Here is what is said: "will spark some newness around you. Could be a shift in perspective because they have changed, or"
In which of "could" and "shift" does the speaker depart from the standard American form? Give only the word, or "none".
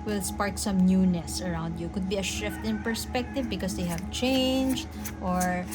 none